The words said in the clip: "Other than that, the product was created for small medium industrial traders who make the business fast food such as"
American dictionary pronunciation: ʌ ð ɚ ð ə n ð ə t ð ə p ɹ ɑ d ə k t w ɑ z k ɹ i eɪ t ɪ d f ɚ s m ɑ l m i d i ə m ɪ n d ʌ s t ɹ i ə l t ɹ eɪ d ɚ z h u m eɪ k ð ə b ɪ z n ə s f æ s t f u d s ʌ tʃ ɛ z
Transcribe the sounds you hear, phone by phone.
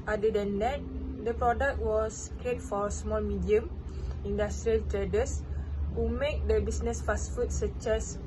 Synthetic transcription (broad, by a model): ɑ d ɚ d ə n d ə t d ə p ɹ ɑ d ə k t w ɑ s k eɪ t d f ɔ s m ɑ l m i d i ə m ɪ n d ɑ s t ɹ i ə l t ɹ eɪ d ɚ s h u m eɪ k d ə b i s n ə s f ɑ s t f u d s ʌ tʃ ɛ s